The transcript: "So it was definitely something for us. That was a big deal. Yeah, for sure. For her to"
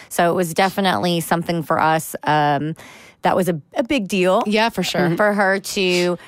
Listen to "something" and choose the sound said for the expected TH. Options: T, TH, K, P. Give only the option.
TH